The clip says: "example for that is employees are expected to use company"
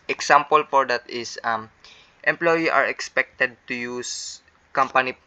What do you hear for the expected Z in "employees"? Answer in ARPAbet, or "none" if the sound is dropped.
none